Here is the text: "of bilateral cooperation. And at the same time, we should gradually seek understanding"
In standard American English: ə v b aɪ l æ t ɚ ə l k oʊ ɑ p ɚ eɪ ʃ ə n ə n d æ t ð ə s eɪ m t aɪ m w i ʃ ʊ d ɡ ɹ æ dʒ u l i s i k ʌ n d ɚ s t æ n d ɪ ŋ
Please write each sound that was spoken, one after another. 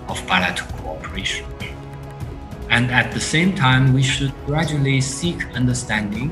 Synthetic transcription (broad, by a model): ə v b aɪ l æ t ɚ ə k oʊ ɑ p ɚ eɪ ʃ ə n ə n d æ t ð ə s eɪ m t aɪ m w i ʃ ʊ d ɡ ɹ æ dʒ u l i s i k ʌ n d ɚ s t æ n d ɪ ŋ